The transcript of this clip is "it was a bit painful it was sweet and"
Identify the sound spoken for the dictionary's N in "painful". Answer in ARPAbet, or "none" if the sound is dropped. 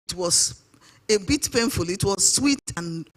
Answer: N